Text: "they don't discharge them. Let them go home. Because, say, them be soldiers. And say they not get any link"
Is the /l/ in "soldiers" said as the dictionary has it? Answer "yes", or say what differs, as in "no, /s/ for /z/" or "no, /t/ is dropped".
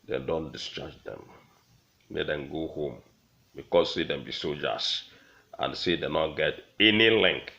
no, /l/ is dropped